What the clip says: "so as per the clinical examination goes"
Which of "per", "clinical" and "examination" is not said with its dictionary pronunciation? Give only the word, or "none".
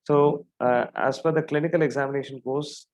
per